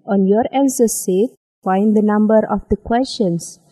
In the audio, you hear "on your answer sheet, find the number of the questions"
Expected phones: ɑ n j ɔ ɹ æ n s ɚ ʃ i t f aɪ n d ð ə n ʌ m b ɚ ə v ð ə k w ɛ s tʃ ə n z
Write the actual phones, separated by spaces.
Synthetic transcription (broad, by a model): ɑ n j ɔ ɹ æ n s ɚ s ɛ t f aɪ n d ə n ʌ m b ɚ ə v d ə k w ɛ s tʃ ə n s